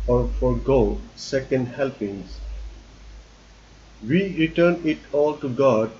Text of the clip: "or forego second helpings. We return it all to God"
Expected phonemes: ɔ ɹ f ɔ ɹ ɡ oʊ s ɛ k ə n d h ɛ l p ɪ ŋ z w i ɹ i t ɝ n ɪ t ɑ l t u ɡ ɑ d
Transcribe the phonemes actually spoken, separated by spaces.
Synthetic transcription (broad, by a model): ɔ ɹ f ɔ ɹ ɡ oʊ s ɛ k ə n d h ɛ l p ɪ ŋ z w i ɹ i t ɝ n ɪ t ɑ l t u ɡ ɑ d